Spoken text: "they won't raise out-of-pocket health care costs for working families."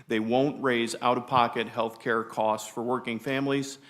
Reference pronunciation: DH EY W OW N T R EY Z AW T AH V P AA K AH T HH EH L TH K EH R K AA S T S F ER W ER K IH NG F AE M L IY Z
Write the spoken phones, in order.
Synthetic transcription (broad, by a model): DH EY W OW N T R EY Z AW T AH V P AA K AH T HH EH L TH K EH R K AA S T S F ER W ER K IH NG F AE M L IY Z